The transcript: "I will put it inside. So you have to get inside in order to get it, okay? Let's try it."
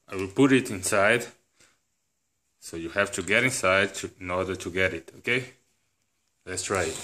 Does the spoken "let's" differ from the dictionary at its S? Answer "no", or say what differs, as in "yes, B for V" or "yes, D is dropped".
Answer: no